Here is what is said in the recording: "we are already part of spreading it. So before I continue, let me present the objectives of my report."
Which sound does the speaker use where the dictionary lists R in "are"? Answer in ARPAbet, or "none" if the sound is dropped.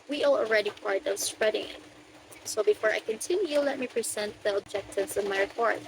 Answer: L